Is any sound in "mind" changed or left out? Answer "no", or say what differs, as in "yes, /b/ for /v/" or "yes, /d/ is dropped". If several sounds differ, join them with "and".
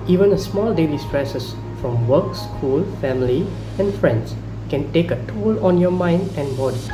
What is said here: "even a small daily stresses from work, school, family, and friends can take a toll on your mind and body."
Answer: no